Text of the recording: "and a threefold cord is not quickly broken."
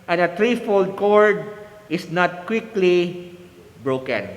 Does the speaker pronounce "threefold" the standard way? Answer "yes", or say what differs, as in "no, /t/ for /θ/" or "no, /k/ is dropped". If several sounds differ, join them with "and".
no, /t/ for /θ/